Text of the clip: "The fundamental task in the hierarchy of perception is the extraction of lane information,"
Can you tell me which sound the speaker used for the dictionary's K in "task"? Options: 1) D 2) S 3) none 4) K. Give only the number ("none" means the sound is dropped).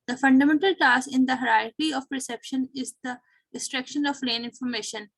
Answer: 3